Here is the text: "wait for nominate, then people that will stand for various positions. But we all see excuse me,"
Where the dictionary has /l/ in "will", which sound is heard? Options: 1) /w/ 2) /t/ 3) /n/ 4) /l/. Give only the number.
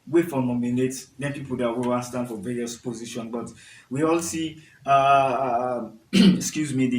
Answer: 3